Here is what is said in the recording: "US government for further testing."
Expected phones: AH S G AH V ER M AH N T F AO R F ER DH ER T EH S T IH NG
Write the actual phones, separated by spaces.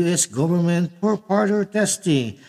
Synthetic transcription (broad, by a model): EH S G AH V ER M AH N T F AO R P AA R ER T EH S T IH NG